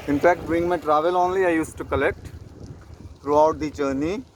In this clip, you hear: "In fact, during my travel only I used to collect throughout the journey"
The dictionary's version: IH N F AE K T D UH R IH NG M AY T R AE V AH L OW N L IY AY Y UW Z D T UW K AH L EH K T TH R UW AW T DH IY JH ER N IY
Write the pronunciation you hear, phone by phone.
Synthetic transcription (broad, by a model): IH N F AE K T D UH IH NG M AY T R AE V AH L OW N L IY AY Y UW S T UW K AH L EH K T T R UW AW T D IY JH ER N IY